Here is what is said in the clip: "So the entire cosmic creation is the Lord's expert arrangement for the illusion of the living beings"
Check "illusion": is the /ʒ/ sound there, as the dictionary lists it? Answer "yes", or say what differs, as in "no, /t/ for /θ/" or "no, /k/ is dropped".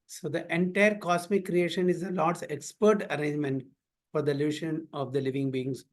no, /ʃ/ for /ʒ/